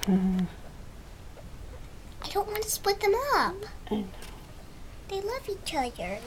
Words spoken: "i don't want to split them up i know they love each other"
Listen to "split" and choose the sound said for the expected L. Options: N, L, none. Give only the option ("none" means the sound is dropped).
none